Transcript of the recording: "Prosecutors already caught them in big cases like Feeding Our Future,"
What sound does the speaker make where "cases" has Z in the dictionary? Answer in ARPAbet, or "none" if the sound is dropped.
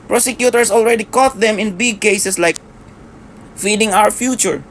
S